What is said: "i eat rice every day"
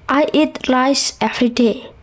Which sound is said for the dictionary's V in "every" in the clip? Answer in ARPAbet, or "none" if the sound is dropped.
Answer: F